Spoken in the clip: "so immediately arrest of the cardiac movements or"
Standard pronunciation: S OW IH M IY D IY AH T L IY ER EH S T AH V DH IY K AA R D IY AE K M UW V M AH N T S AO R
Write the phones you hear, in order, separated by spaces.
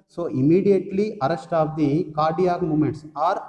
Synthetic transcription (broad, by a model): S OW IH M IY D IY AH T L IY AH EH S T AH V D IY K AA R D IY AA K M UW M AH N T S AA R